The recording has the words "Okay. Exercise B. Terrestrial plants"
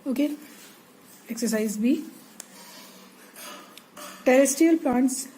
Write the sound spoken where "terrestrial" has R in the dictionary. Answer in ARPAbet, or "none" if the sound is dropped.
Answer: none